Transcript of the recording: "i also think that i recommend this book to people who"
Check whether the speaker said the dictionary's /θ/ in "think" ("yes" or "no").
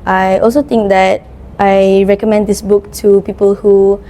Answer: no